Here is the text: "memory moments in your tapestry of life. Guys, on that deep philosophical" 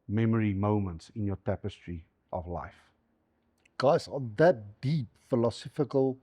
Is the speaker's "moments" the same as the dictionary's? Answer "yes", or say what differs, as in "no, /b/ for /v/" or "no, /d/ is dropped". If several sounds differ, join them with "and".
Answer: yes